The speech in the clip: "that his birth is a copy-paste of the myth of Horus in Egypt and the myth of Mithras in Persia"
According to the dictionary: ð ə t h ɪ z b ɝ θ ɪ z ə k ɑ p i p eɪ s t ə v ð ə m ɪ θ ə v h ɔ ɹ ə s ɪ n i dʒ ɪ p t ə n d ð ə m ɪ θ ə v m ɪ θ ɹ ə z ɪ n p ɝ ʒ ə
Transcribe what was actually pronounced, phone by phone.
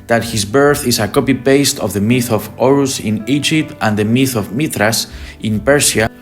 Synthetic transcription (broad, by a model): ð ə t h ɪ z b ɝ θ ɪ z ə k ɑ p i p eɪ s t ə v ð ə m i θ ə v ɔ ɹ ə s ɪ n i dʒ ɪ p t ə n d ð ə m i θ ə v m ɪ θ ɹ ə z ɪ n p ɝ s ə